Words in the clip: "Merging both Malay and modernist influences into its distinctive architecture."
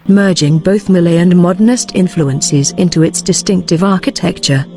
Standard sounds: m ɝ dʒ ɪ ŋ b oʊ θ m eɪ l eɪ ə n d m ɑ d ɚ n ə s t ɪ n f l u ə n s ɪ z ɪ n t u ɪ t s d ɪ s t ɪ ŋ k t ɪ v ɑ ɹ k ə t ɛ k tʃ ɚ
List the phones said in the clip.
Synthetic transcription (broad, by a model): m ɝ dʒ ɪ ŋ b oʊ θ m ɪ l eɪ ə n m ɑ d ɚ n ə s t ɪ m f l u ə n s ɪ z ɪ n t u ɪ t s d ɪ s t ɪ ŋ k t ɪ v ɑ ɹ k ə t ɛ k tʃ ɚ